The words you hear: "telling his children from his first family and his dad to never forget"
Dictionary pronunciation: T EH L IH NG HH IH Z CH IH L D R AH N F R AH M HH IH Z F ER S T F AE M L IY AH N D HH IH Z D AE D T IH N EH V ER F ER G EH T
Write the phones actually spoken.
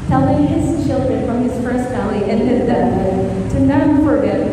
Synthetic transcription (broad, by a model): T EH L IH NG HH IH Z CH IH L D R AH N F R AH M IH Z F ER S T F AE M L IY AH N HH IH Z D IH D T IH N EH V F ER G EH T